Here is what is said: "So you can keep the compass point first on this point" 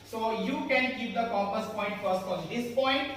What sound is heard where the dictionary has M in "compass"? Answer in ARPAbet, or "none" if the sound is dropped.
none